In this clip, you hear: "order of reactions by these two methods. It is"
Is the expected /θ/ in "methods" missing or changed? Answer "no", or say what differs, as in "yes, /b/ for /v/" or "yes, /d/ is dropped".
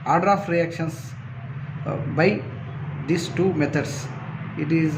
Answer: yes, /t/ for /θ/